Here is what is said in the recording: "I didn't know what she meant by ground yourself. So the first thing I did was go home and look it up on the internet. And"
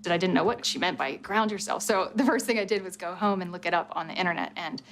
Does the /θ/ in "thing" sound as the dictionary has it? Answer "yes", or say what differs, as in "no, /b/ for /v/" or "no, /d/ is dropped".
yes